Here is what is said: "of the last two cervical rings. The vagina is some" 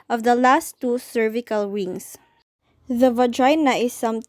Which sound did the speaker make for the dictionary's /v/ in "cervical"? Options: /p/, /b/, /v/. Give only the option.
/v/